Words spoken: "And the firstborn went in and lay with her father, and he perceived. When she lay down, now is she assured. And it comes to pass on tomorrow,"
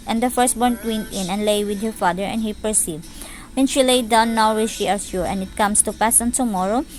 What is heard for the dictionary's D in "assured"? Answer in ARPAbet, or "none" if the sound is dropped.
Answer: none